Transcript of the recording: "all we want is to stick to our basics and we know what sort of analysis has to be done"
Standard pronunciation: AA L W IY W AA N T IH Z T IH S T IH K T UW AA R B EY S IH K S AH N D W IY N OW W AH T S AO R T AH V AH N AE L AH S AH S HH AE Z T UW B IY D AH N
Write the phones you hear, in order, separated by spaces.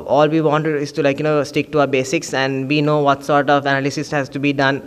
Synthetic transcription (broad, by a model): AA L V IY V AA N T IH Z T IH S T IH K T UW AA R B EY S IH K S AH N D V IY N OW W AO T S AO R T AH V AH N AE L AH S AH S HH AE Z T UW B IY D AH N